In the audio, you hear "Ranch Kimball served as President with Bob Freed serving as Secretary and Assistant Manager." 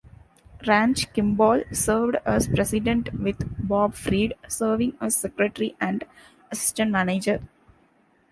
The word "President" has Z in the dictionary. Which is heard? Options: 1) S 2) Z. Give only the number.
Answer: 1